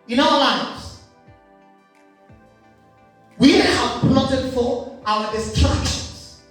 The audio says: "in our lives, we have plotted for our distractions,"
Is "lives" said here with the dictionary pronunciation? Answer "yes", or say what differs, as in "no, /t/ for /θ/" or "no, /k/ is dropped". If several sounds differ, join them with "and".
no, /v/ is dropped